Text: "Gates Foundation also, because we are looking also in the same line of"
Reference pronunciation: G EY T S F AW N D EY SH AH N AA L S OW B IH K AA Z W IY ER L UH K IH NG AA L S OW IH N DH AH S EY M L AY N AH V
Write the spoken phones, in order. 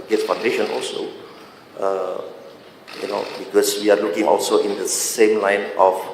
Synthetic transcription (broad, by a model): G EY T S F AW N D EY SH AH N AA L S OW B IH K AA S W IY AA L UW K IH NG AA L S OW IH N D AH S EY M L AY N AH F